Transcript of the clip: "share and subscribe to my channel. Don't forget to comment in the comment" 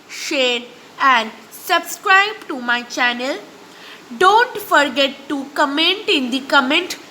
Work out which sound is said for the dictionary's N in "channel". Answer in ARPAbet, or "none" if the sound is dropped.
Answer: N